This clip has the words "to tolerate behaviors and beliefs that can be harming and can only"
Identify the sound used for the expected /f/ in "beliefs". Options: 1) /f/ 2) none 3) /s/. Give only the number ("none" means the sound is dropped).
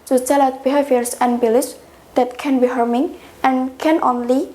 2